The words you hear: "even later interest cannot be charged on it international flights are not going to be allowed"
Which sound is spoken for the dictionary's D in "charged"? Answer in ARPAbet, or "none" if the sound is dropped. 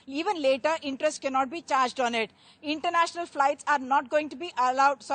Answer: D